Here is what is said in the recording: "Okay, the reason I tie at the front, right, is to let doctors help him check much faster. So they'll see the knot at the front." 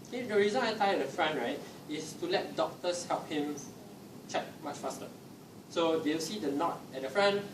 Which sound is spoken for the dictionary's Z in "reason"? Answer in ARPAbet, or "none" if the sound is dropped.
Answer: Z